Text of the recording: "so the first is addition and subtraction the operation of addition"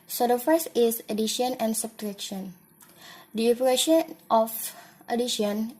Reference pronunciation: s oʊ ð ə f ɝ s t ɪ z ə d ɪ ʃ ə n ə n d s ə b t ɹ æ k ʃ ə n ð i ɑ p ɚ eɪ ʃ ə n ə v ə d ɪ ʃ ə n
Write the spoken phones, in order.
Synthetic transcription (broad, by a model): s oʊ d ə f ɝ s ɪ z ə d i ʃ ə n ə n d s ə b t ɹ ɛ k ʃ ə n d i ɑ p ɚ eɪ ʃ ə n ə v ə d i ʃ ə n